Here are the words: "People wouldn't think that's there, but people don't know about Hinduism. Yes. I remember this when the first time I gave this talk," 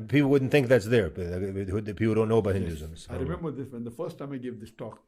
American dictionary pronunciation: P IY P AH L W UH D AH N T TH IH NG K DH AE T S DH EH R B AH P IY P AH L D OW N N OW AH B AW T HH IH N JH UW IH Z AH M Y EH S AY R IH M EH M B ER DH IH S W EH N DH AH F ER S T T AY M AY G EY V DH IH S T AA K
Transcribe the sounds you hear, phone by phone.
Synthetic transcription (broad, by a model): P IY P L W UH D N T TH IH NG K DH AE T S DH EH R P IY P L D OW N N OW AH B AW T HH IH N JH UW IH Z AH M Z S AY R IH M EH M B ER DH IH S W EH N DH AH F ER S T T AY M AY G EY V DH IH S T AA K